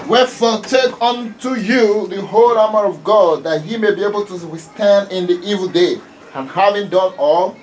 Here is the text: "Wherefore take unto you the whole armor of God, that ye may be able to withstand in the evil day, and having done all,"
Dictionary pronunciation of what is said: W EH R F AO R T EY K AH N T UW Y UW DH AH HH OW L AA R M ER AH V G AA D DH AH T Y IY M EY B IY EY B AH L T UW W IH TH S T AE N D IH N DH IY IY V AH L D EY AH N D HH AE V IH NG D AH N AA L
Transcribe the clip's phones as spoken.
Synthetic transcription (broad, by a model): W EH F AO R T EY K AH N T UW Y UW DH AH HH OW L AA M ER AH V G AA D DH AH T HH IY M EY B IY EY B AH L T UW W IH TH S T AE N D IH N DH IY IY V AH L D EY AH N HH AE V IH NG D AH N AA L